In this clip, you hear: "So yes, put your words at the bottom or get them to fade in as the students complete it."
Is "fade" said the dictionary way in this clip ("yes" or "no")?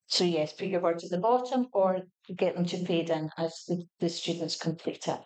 no